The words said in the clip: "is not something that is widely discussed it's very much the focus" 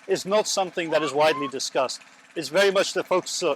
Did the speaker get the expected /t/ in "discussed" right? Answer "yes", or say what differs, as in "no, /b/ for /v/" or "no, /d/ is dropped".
yes